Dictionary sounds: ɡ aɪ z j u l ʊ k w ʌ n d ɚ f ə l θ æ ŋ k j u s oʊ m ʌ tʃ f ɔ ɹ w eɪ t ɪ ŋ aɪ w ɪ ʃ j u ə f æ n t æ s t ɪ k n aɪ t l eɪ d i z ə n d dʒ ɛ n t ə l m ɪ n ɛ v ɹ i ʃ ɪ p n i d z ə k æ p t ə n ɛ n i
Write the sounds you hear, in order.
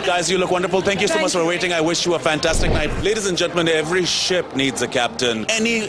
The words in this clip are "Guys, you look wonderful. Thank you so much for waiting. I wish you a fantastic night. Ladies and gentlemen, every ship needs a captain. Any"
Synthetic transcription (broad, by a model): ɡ aɪ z j u l ʊ k w ʌ n d ɚ f ə l t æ ŋ k j u s oʊ m ʌ tʃ f ɔ ɹ w eɪ t ɪ ŋ aɪ w ɪ ʃ j u ə f æ n t æ s t ɪ k n aɪ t l eɪ d i z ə n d dʒ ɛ n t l m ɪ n ɛ v ɹ i ʃ ɪ p n i d z ə k æ p t ə n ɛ n i